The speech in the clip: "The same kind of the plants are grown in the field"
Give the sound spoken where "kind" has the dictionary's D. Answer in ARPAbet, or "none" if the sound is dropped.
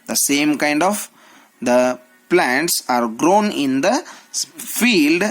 D